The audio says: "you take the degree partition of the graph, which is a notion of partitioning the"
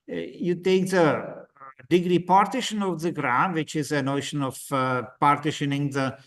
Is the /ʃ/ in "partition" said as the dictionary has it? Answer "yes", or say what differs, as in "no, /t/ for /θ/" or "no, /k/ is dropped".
yes